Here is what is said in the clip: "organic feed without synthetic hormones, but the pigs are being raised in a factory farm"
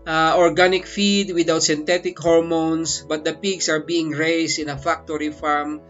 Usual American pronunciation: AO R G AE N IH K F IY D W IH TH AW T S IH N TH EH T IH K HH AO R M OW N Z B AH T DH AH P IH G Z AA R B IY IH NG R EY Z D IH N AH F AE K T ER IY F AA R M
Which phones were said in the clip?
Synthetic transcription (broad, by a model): AO R G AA N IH K F IY D W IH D AW T S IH N T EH T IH K HH AO R M OW N S B AH T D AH P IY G S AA R B IY IH NG R EY S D IH N AH F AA K T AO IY F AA R M